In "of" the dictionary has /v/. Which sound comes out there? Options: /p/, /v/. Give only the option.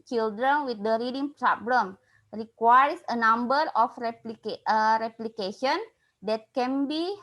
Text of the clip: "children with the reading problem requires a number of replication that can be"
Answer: /p/